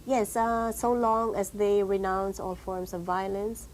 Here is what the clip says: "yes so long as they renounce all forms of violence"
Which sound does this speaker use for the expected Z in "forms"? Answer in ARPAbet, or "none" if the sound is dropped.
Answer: S